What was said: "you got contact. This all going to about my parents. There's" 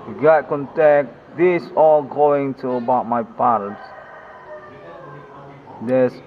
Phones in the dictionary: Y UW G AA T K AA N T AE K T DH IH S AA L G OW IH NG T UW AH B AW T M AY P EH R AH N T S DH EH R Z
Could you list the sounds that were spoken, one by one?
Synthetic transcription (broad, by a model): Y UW G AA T K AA N T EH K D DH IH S AA L G OW IH NG T UW AH B AW T M AY P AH T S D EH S